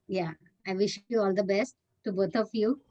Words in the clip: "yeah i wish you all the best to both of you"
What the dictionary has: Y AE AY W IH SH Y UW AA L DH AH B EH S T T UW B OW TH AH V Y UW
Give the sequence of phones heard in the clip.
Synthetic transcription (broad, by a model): Y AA AY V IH SH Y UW AA L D AH B EH S T T UW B OW T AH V Y UW